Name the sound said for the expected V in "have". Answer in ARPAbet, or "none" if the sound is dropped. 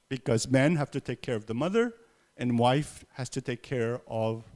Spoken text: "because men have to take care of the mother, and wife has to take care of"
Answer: F